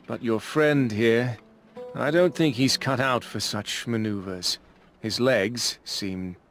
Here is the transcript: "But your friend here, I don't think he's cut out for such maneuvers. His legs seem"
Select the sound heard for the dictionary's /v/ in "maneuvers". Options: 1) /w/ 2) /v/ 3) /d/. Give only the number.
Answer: 2